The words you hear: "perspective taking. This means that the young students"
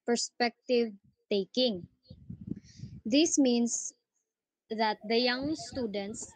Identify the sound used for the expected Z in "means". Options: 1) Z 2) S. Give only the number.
2